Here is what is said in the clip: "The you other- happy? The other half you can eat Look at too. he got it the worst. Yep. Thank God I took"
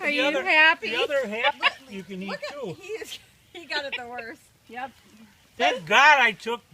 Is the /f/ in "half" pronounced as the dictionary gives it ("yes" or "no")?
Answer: no